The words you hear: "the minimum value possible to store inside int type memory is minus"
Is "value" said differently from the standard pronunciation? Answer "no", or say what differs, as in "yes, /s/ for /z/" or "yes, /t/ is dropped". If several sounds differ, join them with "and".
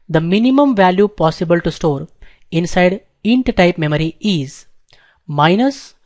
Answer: no